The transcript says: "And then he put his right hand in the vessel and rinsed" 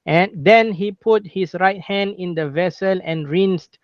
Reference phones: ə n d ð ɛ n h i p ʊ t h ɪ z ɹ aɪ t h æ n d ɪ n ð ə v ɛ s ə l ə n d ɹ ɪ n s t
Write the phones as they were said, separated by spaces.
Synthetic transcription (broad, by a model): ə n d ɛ n h i p ʊ t h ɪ s ɹ aɪ t h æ n d ɪ n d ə v ɛ s ə l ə n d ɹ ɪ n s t